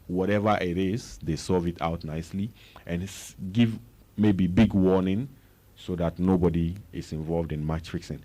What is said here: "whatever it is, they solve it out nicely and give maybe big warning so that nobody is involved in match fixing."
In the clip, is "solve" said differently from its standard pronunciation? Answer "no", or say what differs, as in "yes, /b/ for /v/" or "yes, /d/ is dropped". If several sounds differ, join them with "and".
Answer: yes, /l/ is dropped